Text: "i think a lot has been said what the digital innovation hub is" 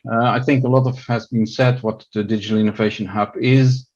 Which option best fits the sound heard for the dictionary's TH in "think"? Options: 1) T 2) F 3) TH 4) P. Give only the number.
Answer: 3